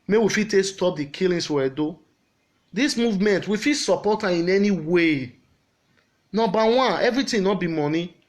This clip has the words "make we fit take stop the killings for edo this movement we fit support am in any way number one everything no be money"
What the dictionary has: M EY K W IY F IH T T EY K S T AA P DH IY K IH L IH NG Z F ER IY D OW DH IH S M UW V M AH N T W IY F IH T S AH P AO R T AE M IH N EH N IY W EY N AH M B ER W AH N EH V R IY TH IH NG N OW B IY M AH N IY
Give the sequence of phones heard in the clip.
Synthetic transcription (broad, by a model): M EY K W IY F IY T T EY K S T AA P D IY K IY L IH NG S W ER D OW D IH S M UW V M AH N T W IY F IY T S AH P AO T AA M IH N EH N IY W EY N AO B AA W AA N EH V R IY T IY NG N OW B IY M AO N IY